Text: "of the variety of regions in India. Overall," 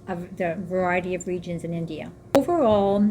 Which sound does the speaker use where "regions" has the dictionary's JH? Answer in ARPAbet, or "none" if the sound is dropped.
JH